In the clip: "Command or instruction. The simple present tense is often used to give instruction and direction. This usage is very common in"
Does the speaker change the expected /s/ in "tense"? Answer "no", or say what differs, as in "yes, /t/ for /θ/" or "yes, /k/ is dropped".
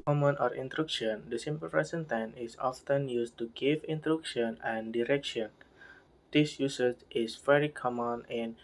yes, /s/ is dropped